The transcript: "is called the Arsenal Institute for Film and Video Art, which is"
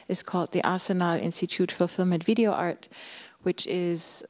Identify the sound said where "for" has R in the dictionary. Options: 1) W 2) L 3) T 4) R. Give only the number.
2